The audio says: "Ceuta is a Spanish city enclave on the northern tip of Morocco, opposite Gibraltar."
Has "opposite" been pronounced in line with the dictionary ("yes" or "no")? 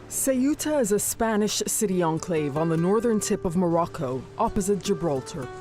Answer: yes